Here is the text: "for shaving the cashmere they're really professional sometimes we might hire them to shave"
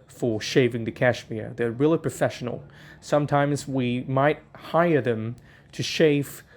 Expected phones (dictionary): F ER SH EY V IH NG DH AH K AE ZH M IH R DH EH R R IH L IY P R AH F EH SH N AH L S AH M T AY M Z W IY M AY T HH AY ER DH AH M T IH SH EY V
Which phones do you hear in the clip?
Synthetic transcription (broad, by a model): F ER SH EY V IH NG DH AH K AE SH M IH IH DH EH R R IH L IY P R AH F EH SH N L S AH M T AY M Z W IY M AY T HH AY ER DH AH M T IH SH EY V